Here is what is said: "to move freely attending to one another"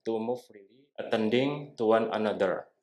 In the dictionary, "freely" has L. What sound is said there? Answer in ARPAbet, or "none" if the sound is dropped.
none